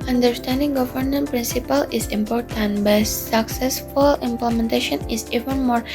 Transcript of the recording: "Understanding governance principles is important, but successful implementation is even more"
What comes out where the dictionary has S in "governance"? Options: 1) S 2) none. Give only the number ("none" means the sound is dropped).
2